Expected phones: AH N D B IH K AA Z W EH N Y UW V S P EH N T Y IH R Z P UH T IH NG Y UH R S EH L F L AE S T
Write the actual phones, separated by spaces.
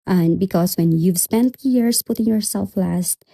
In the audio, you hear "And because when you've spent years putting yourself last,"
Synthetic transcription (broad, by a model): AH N B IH K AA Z W EH N Y UW V S P EH N T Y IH R S P UH T IH NG Y UH R S EH L F L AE S T